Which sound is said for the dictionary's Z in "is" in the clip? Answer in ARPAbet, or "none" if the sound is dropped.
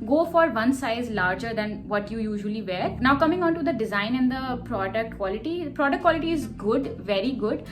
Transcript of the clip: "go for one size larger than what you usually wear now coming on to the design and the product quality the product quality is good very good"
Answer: Z